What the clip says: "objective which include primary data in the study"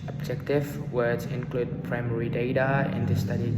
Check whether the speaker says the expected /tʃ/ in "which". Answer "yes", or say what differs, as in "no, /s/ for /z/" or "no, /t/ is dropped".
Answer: no, /s/ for /tʃ/